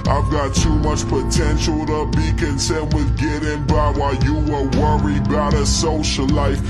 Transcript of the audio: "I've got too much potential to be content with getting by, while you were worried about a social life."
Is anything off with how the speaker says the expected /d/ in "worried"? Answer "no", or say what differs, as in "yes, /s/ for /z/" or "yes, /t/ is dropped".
yes, /d/ is dropped